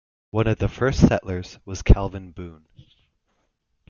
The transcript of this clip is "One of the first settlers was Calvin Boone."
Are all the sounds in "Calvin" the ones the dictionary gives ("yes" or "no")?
yes